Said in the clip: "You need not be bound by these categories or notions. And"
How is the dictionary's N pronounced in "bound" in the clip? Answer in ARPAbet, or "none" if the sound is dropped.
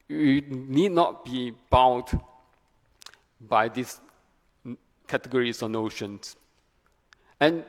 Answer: none